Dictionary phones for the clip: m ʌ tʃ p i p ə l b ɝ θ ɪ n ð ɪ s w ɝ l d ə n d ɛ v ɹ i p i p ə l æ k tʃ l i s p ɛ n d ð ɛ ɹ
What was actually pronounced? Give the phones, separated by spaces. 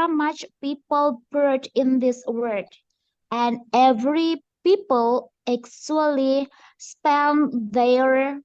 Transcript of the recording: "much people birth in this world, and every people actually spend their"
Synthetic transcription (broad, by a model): m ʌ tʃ p i p ə l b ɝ t ɪ n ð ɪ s w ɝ d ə n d ɛ v ɹ i p i p ə l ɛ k s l i s p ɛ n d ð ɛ ɹ